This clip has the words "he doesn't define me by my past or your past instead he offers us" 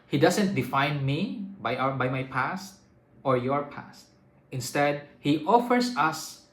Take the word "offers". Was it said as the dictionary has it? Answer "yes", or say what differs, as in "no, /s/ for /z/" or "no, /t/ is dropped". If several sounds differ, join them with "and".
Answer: no, /s/ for /z/